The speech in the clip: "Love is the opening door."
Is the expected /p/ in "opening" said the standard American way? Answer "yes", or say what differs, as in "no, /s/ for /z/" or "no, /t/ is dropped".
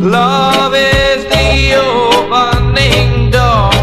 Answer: no, /b/ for /p/